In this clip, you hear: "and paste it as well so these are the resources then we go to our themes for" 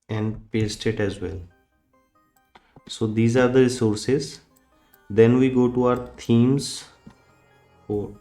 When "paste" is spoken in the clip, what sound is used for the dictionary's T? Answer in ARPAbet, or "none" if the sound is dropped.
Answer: T